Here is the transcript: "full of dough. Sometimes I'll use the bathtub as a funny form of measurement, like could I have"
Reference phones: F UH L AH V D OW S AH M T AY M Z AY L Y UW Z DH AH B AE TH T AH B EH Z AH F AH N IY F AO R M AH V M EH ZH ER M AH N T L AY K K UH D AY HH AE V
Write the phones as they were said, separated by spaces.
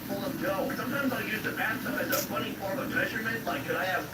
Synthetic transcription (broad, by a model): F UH L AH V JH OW S AH M T AY M Z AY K Y UW Z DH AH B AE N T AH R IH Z AH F AH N IY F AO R AH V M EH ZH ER M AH N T L AY K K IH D AY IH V